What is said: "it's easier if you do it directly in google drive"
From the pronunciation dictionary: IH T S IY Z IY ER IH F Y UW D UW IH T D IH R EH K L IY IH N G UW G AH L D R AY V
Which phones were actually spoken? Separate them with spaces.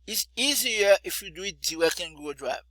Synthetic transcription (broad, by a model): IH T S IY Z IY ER IH F Y UW D UW IH T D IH W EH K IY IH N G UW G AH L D R AY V